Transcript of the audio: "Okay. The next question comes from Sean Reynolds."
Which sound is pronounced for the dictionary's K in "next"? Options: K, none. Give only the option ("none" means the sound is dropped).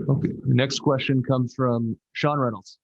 K